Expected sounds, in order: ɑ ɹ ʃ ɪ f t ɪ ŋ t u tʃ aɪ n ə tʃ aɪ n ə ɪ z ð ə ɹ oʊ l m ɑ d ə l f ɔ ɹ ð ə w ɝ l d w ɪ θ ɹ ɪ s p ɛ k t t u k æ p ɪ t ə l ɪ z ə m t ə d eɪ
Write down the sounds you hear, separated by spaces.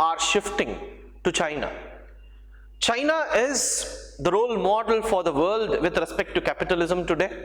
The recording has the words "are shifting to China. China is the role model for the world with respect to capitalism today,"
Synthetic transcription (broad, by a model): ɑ ɹ ʃ ɪ f t ɪ ŋ t u tʃ aɪ n ə tʃ aɪ n ə ɪ z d ə ɹ oʊ l m ɑ d ə l f ɔ ɹ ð ə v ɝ l d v ɪ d ɹ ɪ s p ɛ k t t u k æ p ɪ t ə l ɪ z ə m t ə d eɪ